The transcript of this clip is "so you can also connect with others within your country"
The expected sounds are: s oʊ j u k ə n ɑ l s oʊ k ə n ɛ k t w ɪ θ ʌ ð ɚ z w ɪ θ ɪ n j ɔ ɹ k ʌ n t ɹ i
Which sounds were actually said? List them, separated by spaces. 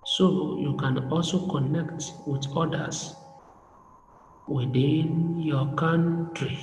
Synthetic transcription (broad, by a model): s oʊ j u k ə n ɑ l s oʊ k ə n ɛ k t w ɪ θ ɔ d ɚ s w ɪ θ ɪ n j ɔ k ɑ n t ɹ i